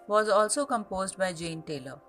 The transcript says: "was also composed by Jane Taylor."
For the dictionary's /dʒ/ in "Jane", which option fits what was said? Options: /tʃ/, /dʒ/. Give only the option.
/dʒ/